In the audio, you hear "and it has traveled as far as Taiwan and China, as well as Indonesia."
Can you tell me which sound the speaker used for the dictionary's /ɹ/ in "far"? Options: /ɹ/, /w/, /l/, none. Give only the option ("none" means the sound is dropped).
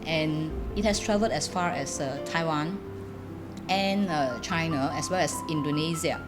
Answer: /ɹ/